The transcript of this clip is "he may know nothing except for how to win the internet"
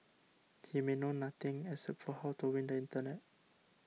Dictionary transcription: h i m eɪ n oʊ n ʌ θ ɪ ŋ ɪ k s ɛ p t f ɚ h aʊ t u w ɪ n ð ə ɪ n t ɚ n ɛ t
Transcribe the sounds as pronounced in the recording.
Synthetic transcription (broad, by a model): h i m eɪ n oʊ n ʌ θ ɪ ŋ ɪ s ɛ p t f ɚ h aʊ t u w ɪ n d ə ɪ n t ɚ n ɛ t